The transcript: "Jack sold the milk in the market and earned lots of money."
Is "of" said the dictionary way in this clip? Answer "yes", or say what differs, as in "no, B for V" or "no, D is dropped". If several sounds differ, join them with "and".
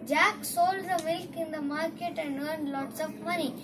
no, P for V